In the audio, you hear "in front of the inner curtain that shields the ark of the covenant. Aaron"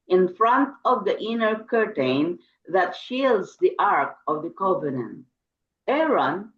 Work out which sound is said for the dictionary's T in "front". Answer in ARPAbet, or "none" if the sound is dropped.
T